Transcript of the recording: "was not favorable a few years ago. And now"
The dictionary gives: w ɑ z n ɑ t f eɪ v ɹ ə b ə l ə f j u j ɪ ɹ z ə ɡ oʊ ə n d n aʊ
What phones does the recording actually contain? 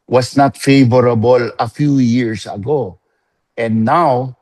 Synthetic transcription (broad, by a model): w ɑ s n ɑ t f eɪ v ɹ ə b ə l ə f j u j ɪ ɹ s ə ɡ oʊ ə n d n aʊ